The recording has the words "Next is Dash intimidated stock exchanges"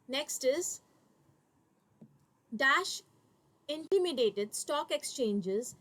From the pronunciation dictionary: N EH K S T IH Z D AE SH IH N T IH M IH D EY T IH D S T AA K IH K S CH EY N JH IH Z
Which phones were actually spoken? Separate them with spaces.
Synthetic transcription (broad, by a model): N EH K S T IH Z D AE SH IH N T IH M IH D EY T IH D S T AA K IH K S CH EY N JH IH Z